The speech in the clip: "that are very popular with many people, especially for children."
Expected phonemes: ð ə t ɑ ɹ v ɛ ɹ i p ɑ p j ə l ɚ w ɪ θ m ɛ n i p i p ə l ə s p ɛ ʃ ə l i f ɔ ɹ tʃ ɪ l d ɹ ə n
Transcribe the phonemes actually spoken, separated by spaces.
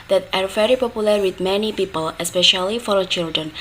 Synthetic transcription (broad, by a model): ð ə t ɑ ɹ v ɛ ɹ i p ɑ p j ə l ɚ w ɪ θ m ɛ n i p i p ə l ə s p ɛ ʃ ə l i f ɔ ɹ tʃ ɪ l d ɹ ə n